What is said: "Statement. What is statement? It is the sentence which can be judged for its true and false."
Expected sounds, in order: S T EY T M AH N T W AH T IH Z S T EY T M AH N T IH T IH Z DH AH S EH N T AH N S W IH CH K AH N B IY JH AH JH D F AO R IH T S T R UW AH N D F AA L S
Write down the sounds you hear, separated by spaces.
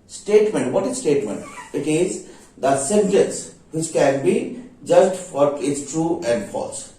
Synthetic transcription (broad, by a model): S T EY T M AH N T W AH T IH Z S T EY T M AH N T IH T IH Z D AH S EH N T AH N S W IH CH K AH N B IY JH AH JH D F AO R IH T S T R UW AH N D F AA L S